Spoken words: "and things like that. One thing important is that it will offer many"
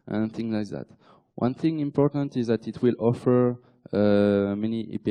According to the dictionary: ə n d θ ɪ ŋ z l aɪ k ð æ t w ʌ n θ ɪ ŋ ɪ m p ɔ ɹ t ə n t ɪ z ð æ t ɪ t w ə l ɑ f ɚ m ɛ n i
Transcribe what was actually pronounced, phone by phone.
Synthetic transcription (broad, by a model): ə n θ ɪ ŋ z l aɪ k ð æ t w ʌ n θ ɪ ŋ ɪ m p ɔ ɹ t ə n t ɪ z ð æ t ɪ t w ə l ɑ f ɚ m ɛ n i